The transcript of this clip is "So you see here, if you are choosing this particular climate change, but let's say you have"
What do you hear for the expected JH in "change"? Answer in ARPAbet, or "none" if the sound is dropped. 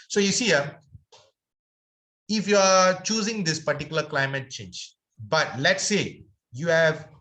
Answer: JH